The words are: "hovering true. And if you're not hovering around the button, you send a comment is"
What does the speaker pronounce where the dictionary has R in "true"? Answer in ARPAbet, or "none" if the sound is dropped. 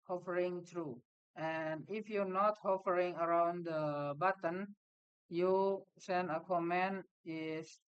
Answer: R